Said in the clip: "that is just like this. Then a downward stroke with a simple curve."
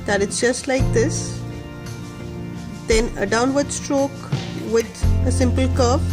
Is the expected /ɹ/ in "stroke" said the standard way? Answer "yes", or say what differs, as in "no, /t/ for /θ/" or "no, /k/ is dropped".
yes